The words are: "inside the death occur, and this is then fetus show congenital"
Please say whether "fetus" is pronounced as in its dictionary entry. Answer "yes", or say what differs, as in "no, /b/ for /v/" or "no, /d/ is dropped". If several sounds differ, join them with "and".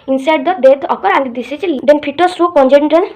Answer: no, /p/ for /f/